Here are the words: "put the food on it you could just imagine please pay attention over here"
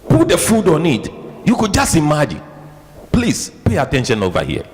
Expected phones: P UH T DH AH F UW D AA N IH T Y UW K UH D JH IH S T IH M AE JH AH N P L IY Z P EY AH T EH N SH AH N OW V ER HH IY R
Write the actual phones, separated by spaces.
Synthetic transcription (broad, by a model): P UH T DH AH F UW D AA N IH T Y UW K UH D JH IH S T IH M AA JH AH N P L IY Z P EY AH T EH N SH AH N OW V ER HH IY